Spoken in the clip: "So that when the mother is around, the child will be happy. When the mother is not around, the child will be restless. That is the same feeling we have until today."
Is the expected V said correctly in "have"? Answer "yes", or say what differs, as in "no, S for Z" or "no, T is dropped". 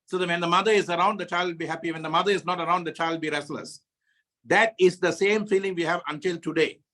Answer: yes